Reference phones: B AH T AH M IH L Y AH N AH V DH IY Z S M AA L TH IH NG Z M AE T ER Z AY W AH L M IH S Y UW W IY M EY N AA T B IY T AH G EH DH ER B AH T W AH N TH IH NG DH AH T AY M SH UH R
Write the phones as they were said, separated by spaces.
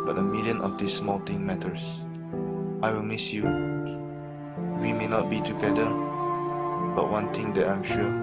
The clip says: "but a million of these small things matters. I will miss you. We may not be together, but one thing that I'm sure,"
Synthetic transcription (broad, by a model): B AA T AH M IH L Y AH N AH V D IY S M AA L T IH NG M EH T ER S AY W AH L M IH S Y UW W IY M EY N AA T B IY T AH G EH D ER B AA T W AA N T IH NG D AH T AY M SH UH